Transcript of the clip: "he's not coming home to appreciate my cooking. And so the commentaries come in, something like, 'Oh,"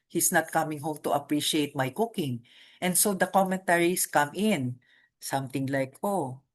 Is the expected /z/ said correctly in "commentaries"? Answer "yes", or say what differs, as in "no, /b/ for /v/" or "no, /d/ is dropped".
no, /s/ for /z/